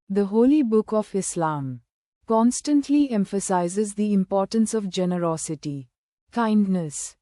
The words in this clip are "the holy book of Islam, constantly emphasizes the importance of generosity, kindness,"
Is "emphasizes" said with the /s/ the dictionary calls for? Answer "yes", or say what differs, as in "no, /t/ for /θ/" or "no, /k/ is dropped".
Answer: yes